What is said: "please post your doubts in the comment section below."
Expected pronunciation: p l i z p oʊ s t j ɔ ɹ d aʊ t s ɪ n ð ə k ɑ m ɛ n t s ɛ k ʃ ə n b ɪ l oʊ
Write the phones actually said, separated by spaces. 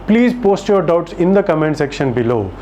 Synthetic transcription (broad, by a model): p l i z p oʊ s t j ɔ ɹ d aʊ t s ɪ n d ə k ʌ m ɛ n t s ɛ k ʃ ə n b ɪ l oʊ